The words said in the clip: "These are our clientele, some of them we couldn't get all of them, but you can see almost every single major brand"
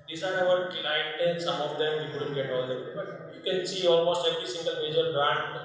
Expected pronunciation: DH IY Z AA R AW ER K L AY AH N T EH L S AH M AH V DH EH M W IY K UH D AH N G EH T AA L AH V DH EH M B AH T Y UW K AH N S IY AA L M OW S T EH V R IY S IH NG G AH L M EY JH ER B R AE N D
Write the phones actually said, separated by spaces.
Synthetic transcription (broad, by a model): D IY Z AA R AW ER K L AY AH T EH N S AH M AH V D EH M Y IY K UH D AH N G EH T AA L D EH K B AH T Y UW K AH N S IY AA L M OW S T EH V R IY S IH NG G AH L M EY JH ER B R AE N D